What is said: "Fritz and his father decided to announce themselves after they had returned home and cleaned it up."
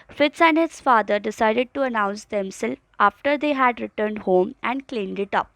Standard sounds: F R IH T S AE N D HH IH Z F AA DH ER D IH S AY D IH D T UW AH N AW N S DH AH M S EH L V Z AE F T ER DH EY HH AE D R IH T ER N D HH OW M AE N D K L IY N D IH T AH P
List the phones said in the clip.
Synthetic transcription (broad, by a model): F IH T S AE N D HH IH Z F AA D ER D IH S AY D IH D T UW AH N AW N S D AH M S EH L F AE F T ER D EY HH AE D R IH T ER N D HH OW M AE N D K L IY N D IH T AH P